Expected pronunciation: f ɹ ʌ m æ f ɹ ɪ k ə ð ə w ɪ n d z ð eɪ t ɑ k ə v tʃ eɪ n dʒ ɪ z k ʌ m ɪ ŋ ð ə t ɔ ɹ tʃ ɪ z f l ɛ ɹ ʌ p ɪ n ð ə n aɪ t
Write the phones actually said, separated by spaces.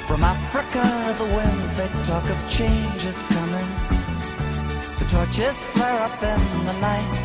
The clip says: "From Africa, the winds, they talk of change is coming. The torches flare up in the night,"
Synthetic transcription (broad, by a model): f ɹ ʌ m æ f ɹ ɪ k ə ð ə w ɪ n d z ð eɪ t ɑ k ə v tʃ eɪ n dʒ ɪ z k ʌ m ɪ ŋ ð ə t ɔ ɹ tʃ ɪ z f l ɛ ɹ ʌ p ɪ n ð ə n aɪ t